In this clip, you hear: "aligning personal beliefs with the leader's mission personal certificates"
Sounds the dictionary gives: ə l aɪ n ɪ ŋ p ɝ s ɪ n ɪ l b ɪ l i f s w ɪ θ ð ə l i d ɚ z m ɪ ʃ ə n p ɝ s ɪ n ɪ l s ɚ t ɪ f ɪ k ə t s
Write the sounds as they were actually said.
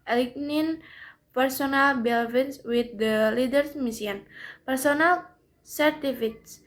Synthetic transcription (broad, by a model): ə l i n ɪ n p ɝ s ɪ n ɪ l b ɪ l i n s w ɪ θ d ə l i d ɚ s m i s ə n p ɝ s ɪ n ɪ l s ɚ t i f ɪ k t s